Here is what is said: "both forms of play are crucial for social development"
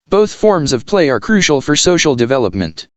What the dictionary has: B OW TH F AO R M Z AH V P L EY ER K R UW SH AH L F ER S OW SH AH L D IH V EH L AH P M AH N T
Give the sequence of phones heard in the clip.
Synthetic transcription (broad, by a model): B OW TH F AO R M Z AH V P L EY ER K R UW SH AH L F ER S OW SH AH L D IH V EH L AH P M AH N T